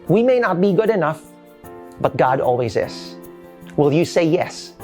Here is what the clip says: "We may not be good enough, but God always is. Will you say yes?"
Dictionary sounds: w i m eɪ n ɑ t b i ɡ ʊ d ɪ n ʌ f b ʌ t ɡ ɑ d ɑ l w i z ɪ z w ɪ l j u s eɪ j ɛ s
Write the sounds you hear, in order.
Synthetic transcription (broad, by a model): w i m eɪ n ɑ t b i ɡ ʊ d ɪ n ʌ f b ʌ t ɡ ɑ d ɑ l w i z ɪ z w ɪ l j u s eɪ j ɛ s